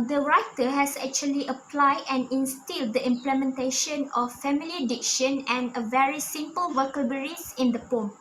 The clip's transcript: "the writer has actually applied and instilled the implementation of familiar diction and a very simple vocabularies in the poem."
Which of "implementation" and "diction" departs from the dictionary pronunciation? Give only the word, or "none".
none